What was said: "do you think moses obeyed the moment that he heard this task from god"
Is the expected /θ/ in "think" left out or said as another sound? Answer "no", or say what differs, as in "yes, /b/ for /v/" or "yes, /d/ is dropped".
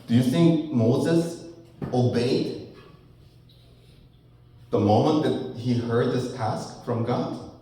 no